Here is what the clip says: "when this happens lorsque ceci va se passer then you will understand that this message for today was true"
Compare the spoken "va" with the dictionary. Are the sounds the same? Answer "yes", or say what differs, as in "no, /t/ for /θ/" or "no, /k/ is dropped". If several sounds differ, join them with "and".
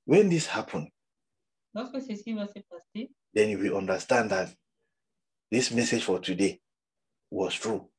no, /w/ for /v/